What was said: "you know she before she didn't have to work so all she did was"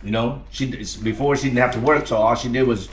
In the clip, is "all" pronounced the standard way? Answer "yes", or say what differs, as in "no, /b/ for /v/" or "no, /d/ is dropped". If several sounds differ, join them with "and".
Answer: yes